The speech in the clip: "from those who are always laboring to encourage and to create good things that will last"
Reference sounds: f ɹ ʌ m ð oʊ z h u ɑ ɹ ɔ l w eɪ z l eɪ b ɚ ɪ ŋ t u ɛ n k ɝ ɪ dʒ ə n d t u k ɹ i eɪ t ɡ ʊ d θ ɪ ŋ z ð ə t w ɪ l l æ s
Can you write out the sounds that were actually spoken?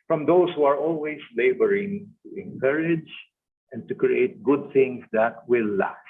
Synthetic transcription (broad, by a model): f ɹ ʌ m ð oʊ s h u ɑ ɹ ɔ l w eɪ s l eɪ b ɚ ɪ ŋ t u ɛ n k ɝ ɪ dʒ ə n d t u k ɹ i eɪ t ɡ ʊ d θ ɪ ŋ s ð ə t w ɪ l l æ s